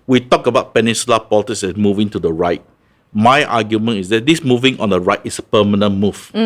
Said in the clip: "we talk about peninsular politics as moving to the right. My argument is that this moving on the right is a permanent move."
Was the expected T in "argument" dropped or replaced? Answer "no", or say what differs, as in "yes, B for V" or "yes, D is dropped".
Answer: yes, T is dropped